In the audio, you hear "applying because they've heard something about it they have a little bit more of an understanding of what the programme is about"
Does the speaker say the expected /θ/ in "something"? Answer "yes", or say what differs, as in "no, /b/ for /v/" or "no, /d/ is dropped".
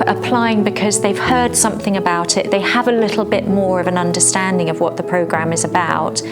yes